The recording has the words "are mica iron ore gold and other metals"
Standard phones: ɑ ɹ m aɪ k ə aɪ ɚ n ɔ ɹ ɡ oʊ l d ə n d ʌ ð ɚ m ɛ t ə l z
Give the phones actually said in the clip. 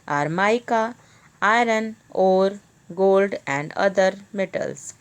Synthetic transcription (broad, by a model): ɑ ɹ m aɪ k ə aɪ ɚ n ɔ ɹ ɡ oʊ l d ə n d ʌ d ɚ m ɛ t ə l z